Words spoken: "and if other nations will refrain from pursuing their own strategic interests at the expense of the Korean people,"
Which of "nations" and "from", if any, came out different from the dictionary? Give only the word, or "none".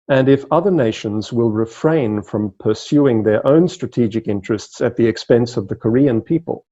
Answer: none